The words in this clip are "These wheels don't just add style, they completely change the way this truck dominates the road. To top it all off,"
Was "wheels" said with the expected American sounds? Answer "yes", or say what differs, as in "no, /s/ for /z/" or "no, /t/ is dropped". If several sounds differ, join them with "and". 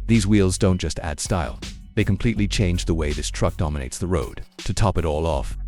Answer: yes